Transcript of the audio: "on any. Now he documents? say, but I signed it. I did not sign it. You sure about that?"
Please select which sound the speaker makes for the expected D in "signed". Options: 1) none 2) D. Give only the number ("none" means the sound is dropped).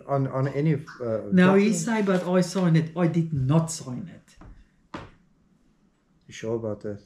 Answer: 1